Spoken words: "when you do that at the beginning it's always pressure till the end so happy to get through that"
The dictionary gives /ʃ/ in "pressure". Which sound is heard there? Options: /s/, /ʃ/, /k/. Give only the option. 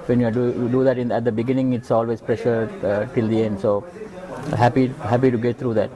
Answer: /ʃ/